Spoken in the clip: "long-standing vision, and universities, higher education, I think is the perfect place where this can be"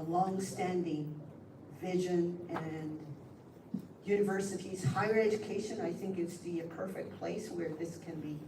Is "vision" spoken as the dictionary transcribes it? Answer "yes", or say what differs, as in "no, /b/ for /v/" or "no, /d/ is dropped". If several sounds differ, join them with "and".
yes